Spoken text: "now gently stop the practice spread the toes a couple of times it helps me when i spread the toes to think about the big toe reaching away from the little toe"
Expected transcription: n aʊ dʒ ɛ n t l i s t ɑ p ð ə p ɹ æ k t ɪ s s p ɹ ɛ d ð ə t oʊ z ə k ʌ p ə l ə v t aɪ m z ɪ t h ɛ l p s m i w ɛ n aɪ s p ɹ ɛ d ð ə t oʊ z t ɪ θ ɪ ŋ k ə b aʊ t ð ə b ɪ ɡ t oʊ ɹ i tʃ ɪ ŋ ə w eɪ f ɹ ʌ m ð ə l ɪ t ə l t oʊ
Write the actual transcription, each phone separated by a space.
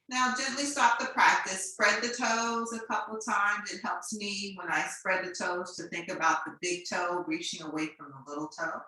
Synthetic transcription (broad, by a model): n aʊ dʒ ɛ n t l i s t ɑ p ð ə p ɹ æ k t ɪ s s p ɹ ɛ d ð ə t oʊ z ə k ʌ p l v t aɪ m z ɪ t h ɛ l p s m i w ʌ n aɪ s p ɹ ɛ d ð ə t oʊ z t ɪ θ ɪ ŋ k ə b aʊ t ð ə b ɪ ɡ t oʊ ɹ i tʃ ɪ ŋ ə w eɪ f ɹ ʌ m ð ə l ɪ t l t oʊ